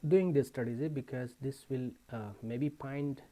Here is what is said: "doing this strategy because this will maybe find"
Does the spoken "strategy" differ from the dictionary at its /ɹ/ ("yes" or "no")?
yes